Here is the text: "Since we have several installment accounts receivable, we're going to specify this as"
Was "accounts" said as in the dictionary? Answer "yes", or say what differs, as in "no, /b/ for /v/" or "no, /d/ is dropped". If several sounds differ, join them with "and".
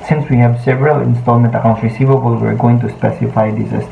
no, /s/ is dropped